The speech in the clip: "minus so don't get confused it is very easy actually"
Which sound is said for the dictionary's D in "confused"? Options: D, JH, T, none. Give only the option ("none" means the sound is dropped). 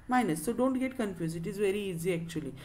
none